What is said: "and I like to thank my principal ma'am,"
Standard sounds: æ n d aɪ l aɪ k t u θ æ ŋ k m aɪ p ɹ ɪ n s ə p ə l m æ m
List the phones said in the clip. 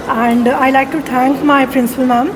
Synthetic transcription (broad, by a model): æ n d aɪ l aɪ k t u t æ ŋ k m aɪ p ɹ ɪ n s ə p ə l m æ m